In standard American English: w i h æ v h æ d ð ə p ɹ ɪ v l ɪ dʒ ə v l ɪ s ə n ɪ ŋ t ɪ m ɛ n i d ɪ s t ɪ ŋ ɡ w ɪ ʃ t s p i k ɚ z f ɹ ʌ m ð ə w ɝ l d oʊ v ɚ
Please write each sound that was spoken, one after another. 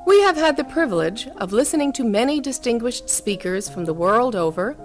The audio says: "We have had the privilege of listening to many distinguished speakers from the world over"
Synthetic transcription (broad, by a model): w i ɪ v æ d ð ə p ɹ ɪ v l ɪ dʒ ə v l ɪ s ə n ɪ ŋ t ɪ m ɛ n i d ɪ s t ɪ ŋ ɡ w ɪ ʃ t s p i k ɚ z f ɹ ʌ m ð ə w ɝ l d oʊ v ɚ